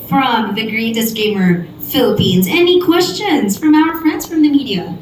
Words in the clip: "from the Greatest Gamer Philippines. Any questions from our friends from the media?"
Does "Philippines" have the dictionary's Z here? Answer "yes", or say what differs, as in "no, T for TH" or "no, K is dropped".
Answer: yes